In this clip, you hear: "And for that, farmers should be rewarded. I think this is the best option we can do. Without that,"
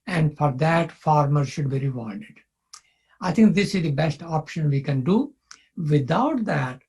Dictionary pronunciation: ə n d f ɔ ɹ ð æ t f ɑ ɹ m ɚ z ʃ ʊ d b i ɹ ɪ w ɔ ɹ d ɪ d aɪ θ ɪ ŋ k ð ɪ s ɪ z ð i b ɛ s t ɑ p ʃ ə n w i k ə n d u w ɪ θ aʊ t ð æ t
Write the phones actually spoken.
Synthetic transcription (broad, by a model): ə n d f ɔ ɹ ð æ t f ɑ ɹ m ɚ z ʃ ʊ d b i ɹ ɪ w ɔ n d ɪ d aɪ t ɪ ŋ k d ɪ s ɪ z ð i b ɛ s t ɑ p ʃ ə n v i k ə n d u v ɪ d aʊ t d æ t